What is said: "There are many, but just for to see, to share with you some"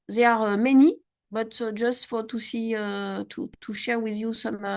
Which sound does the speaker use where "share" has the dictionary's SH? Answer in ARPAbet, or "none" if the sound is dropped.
SH